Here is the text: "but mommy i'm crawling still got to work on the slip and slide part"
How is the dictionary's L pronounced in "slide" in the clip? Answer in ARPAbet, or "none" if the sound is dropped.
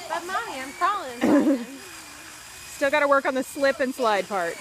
L